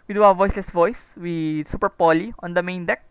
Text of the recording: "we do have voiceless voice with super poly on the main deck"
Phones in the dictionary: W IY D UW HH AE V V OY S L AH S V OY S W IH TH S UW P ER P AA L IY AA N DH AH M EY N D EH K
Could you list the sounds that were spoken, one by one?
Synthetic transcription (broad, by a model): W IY D UW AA W V OY S L AH S V OY S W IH S UW P ER P AA L IY AA N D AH M EY N D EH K